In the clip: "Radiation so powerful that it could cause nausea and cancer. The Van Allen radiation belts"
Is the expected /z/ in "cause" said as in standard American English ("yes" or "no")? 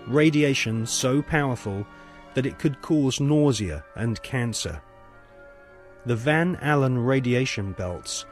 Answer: yes